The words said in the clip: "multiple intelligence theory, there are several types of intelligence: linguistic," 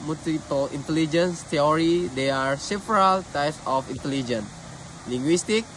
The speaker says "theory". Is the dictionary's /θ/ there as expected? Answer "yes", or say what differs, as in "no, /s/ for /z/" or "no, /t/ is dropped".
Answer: no, /t/ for /θ/